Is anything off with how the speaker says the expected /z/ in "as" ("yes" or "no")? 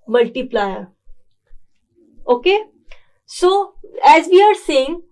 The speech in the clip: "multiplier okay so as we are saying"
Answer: no